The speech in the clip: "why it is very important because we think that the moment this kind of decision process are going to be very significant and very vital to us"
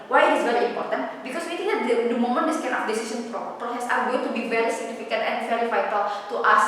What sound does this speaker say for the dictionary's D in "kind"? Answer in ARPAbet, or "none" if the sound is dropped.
none